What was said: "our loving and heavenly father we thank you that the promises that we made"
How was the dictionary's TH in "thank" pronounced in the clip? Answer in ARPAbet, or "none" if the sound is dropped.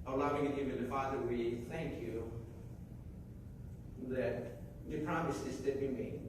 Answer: TH